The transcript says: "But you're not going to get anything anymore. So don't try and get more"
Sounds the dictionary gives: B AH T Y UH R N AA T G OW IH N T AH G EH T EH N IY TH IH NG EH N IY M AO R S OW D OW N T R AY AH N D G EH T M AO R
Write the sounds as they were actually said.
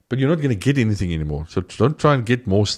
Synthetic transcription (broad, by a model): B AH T Y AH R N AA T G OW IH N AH G EH T EH N IY TH IH NG EH N IY M AO R S OW D OW N T R AY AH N G EH T M AO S